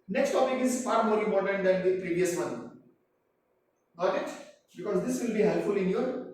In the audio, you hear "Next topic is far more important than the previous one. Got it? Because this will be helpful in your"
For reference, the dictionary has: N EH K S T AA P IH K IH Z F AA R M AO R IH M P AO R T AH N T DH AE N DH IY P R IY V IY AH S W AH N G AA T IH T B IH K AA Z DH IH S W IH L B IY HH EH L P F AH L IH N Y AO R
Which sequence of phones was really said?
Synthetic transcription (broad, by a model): N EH K S T AA P IH K IH Z F AA R M AO R IH M P AO R T AH N T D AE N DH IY P R IY V IY AH S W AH N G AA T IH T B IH K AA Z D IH S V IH L B IY HH EH L P F AH L IH N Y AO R